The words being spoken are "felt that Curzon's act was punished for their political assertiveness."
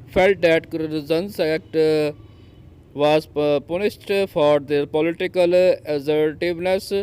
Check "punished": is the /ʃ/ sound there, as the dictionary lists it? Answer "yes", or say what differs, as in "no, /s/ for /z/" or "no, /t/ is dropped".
no, /s/ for /ʃ/